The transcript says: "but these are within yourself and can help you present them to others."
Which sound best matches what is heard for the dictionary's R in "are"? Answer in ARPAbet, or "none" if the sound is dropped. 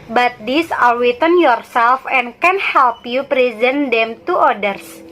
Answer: L